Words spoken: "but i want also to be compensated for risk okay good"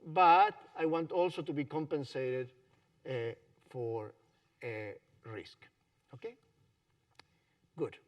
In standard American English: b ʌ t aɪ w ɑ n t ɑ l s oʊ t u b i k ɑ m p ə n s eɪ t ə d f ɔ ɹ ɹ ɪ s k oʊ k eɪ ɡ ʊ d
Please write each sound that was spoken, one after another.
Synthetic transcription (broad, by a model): b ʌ t aɪ w ɑ n t ɑ l s oʊ t u b i k ɑ m p ə n s eɪ t ə d f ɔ ɹ ɹ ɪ s k oʊ k eɪ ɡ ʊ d